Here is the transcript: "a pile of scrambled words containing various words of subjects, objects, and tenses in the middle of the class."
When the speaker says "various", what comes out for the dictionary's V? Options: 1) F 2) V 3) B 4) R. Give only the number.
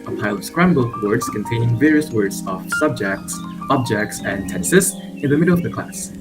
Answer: 2